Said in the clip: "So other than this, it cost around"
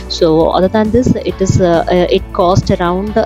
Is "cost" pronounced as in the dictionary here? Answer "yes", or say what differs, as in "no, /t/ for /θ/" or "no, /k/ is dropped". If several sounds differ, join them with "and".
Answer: yes